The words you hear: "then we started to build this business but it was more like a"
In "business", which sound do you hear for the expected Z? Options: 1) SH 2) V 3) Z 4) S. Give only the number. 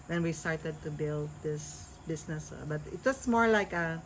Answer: 4